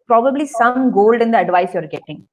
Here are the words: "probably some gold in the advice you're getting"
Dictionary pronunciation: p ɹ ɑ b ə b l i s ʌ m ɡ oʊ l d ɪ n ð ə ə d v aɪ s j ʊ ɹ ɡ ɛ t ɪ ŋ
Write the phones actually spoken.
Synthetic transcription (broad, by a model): p ɹ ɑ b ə b l i s ʌ m ɡ oʊ l d ɪ n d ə ə d v aɪ s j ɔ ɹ ɡ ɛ t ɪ ŋ